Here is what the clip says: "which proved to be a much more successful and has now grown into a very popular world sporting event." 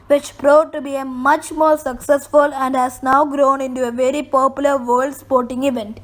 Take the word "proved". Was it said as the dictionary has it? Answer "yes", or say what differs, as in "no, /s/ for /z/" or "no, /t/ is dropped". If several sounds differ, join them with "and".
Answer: no, /v/ is dropped